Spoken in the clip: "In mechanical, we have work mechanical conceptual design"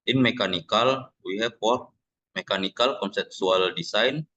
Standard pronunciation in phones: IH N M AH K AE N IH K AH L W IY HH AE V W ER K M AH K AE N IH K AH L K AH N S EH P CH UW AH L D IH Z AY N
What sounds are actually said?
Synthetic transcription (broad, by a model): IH N M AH K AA N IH K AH L W IY HH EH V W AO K M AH K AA N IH K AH L K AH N S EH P S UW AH L D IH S AY N